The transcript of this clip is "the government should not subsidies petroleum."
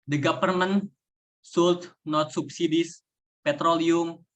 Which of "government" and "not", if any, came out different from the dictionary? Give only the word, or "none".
government